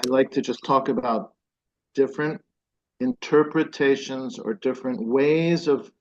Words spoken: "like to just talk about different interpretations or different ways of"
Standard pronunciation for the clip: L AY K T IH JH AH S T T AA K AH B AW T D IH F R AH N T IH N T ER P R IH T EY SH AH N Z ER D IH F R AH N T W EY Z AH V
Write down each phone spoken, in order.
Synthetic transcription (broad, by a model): L AY K T IH JH AH S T T AA K AH B AW T D IH F R AH N T IH N T ER P R IH T EY SH AH N Z ER D IH F R AH N T W EY Z AH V